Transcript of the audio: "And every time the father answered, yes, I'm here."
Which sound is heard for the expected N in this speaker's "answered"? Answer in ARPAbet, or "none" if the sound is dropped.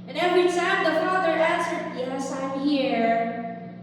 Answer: none